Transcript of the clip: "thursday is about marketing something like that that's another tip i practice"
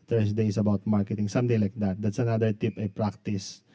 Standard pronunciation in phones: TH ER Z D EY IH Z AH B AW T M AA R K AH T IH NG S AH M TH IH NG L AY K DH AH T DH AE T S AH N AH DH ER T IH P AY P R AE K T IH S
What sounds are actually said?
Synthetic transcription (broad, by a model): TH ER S D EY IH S AH B AW T M AA R K AH T IH NG S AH M T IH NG L AY K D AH T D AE T S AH N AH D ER T IH P AY P R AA K T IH S